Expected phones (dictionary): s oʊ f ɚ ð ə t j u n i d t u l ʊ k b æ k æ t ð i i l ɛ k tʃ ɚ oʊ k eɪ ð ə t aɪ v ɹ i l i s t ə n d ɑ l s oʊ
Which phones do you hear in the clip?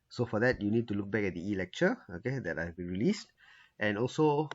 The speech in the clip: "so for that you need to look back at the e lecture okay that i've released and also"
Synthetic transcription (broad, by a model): s oʊ f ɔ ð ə t j u n i d t u l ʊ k b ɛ k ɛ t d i i l ɛ k tʃ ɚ oʊ k eɪ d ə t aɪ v ɹ i l i s t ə n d ɑ l s oʊ